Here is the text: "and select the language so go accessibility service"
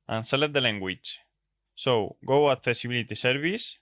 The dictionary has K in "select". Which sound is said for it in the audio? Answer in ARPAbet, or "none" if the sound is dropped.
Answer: none